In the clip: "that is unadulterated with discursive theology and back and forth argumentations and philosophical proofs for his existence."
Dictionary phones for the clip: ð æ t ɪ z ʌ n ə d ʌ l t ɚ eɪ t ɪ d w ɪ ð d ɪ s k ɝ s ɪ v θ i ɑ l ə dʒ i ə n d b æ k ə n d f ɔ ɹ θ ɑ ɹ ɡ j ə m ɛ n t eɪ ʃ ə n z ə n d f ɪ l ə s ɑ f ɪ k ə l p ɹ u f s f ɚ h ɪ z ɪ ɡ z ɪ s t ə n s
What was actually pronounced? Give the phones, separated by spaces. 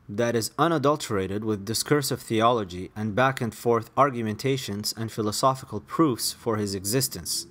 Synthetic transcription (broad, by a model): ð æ t ɪ z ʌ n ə d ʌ l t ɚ eɪ t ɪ d w ɪ ð d ɪ s k ɝ s ɪ v θ i ɑ l ə dʒ i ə n b æ k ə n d f ɔ ɹ θ ɑ ɹ ɡ j ə m ɛ n t eɪ ʃ ə n z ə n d f ɪ l ə s ɑ f ɪ k ə l p ɹ u f s f ɚ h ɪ z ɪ ɡ z ɪ s t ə n s